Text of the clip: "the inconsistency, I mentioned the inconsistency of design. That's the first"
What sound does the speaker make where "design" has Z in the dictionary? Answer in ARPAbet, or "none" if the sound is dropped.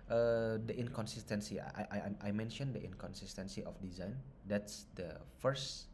Z